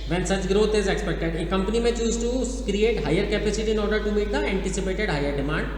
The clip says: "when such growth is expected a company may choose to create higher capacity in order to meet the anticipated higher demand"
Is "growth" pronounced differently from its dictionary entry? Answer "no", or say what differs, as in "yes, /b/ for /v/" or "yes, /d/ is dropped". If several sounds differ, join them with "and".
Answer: yes, /t/ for /θ/